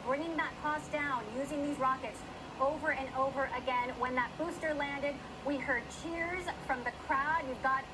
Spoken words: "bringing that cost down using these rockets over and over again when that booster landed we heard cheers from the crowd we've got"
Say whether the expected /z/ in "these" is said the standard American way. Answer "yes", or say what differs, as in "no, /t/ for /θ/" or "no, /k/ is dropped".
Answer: yes